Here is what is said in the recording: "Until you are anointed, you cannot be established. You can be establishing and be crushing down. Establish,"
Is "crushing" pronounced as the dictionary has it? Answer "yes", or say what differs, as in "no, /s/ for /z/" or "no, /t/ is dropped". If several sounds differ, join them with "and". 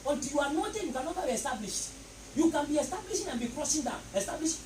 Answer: no, /s/ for /ʃ/